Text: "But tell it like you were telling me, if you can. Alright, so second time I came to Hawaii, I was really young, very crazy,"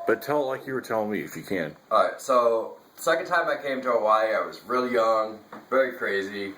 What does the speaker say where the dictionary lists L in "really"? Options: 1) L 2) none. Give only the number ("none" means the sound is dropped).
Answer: 1